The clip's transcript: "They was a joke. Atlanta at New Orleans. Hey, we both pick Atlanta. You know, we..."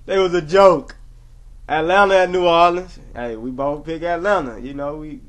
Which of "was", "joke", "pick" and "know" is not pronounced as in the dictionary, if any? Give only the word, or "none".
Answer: none